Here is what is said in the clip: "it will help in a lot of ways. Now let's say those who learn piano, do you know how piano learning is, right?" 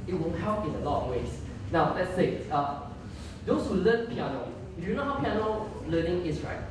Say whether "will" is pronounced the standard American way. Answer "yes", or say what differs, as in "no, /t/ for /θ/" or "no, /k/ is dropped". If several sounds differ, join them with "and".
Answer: no, /n/ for /l/